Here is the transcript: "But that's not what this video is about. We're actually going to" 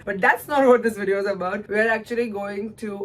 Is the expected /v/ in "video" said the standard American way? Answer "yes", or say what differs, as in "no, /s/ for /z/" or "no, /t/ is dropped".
yes